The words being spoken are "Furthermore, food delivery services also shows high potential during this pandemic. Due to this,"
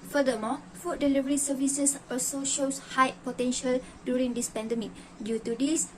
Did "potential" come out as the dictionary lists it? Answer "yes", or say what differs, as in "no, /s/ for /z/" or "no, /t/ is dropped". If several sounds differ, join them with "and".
yes